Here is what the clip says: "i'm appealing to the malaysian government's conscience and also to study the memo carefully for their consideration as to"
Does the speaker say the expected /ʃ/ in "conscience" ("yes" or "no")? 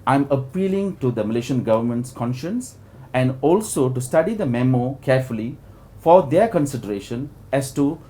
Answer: yes